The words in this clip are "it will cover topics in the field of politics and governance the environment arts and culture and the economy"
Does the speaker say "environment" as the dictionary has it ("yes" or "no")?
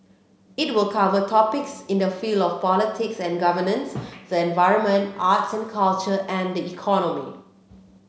yes